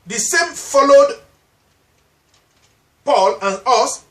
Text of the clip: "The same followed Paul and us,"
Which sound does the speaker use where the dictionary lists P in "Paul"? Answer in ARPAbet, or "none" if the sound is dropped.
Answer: P